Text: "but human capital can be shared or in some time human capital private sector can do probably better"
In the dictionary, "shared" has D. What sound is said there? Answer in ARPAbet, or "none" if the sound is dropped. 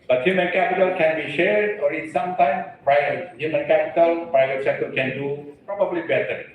D